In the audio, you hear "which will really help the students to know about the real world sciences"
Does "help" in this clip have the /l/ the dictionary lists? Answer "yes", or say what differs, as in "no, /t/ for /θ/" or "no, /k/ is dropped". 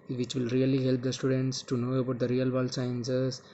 yes